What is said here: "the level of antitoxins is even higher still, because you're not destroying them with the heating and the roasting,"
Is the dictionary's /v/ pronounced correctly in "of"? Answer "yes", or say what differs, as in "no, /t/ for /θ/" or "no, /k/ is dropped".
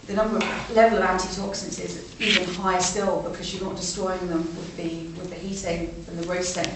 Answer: yes